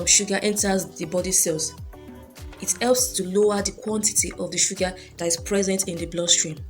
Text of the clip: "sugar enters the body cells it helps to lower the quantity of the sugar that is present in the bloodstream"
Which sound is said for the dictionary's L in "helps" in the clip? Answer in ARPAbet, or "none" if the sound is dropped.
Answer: L